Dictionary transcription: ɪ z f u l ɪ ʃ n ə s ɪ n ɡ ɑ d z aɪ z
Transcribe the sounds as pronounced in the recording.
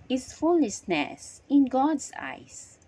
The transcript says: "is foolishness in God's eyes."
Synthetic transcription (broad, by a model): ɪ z f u l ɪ s n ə s ɪ n ɡ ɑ d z aɪ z